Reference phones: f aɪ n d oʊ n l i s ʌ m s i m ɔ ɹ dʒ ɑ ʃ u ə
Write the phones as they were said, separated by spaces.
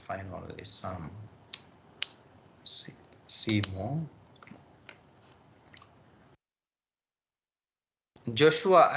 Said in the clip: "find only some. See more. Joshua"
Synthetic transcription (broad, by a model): f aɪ n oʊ l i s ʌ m s i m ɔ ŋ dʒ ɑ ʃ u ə